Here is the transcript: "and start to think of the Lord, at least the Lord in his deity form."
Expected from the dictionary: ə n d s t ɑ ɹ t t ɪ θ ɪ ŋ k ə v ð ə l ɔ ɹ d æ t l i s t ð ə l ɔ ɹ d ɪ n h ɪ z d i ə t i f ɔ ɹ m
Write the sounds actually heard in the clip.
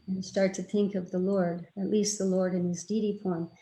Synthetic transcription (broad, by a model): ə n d s t ɑ ɹ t t ɪ θ ɪ ŋ k ə v ð ə l ɔ ɹ d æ t l i s t ð ə l ɔ ɹ d ɪ n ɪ z d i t i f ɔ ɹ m